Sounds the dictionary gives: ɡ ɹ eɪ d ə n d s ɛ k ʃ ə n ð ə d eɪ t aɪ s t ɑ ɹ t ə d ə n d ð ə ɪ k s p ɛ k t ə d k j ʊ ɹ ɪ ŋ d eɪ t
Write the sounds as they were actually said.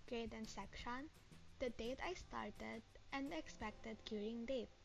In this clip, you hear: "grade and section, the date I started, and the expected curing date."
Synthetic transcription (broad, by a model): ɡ ɹ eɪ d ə n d s ɛ k ʃ ə n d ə d eɪ t aɪ s t ɑ ɹ t ə d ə n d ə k s p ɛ k t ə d j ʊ ɹ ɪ ŋ d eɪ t